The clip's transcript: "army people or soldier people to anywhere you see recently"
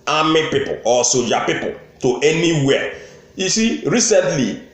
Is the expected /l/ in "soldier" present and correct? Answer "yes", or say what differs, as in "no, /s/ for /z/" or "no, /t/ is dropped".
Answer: no, /l/ is dropped